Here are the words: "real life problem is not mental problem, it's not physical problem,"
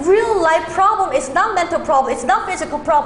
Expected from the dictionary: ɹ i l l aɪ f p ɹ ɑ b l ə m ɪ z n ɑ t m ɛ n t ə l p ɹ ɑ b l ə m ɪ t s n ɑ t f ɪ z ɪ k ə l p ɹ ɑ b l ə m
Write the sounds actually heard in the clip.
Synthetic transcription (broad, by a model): ɹ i l l aɪ f p ɹ ɑ b l ə m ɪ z n ɑ t m ɛ n t ə l p ɹ ɑ b l ə m ɪ t s n ɑ t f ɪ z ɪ k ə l p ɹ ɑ b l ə